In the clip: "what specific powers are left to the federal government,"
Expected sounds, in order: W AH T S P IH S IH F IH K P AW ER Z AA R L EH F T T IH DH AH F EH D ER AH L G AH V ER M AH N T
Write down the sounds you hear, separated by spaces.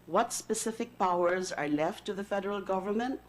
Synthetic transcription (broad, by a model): W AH T S P IH S IH F IH K P AW ER Z AA R L EH F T T IH DH AH F EH D ER AH L G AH V ER M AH N T